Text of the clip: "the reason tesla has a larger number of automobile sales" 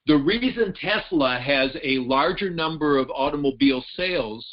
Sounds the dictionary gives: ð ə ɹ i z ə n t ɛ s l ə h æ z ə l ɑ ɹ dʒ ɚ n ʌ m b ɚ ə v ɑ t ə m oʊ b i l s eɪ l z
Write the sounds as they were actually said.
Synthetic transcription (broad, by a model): ð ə ɹ i z ə n t ɛ s l ə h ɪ z ə l ɑ ɹ dʒ ɚ n ʌ m b ɚ ə v ɑ t ə m oʊ b i l s eɪ l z